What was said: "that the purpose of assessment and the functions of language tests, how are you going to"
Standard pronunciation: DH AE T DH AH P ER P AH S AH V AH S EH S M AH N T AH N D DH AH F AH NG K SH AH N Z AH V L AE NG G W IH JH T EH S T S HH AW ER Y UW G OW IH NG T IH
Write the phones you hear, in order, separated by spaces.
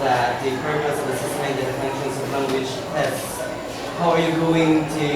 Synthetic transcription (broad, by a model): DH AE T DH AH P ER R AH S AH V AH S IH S AH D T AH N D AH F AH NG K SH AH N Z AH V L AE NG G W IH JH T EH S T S HH AW ER Y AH G OW IH NG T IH